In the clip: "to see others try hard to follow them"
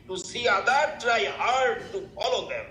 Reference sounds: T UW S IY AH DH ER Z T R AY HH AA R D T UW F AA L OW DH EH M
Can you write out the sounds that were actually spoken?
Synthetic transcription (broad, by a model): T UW S IY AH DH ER T R AY HH AA R D T UW F AA L OW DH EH M